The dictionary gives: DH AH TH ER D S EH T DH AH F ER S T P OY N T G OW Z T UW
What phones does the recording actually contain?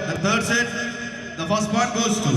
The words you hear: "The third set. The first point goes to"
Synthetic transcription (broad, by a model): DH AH T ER D S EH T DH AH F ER S T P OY T G OW Z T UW